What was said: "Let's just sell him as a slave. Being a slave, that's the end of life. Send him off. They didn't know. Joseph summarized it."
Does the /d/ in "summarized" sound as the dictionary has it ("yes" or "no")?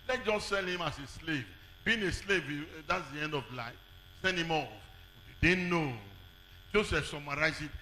no